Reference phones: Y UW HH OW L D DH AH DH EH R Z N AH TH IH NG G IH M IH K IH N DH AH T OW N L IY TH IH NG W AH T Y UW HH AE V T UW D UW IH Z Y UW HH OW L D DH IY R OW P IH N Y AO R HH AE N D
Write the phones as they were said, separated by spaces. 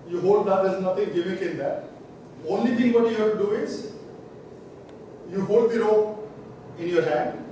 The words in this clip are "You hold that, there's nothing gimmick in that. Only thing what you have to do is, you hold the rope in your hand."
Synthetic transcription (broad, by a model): Y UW HH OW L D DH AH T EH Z N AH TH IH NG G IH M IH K IH N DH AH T OW N L IY T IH NG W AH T Y UW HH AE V T UW D UW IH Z Y UW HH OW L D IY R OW IH N Y AO R HH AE N D